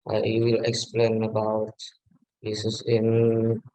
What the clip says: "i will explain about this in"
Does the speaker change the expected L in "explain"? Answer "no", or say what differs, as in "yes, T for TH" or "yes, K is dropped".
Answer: no